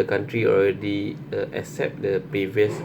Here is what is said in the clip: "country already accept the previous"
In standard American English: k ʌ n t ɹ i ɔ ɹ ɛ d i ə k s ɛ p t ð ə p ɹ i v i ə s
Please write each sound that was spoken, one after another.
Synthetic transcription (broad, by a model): k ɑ n t ɹ i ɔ l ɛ d i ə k s ɛ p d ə p ɹ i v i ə s